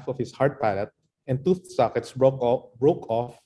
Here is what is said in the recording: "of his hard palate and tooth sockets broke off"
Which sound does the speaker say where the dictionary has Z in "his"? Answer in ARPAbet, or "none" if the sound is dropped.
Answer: S